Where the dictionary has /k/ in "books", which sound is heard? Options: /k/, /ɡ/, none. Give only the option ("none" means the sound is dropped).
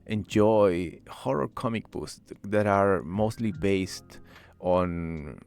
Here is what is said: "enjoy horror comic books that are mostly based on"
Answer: none